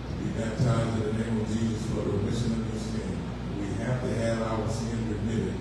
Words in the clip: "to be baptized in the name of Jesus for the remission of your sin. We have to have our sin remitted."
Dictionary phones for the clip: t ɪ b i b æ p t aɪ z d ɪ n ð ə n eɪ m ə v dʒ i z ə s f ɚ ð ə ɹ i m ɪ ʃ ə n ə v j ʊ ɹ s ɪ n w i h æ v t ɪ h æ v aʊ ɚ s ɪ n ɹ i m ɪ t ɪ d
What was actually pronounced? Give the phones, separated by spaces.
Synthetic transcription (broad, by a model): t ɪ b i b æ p t aɪ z ɪ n ð ə n eɪ m ə v dʒ i z ə s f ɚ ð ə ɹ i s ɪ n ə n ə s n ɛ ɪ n w i h æ f t ɪ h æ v aʊ ɚ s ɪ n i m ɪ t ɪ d